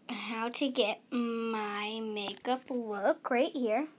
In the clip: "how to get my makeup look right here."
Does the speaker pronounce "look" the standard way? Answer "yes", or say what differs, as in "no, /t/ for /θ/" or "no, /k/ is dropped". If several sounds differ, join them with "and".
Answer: no, /w/ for /l/